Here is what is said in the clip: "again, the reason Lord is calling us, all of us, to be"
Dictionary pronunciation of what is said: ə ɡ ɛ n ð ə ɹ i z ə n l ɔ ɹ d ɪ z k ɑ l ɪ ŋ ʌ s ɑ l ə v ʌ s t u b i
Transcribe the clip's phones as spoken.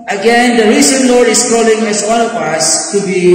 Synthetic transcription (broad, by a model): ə ɡ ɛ n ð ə ɹ i s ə n l ɔ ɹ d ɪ s k ɑ l ɪ ŋ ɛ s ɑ n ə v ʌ s t u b i